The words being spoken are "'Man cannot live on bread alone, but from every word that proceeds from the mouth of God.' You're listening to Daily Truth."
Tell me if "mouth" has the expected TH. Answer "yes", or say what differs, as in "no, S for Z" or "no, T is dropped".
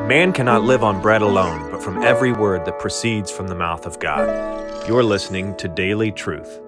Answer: yes